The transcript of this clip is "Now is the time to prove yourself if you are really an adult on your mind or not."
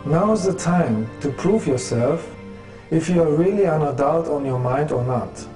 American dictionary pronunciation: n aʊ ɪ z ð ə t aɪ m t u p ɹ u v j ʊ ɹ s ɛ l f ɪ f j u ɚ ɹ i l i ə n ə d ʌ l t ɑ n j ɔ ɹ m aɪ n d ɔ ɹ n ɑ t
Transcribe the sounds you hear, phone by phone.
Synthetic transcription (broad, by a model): n aʊ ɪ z ð ə t aɪ m t u p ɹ u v j ʊ ɹ s ɛ l f ɪ f j u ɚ ɹ i l i ə n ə d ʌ l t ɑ n j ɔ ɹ m aɪ n d ɔ ɹ n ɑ t